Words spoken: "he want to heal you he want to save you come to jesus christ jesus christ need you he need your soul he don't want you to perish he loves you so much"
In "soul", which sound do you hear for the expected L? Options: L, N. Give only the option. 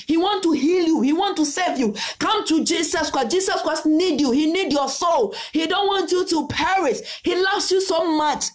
L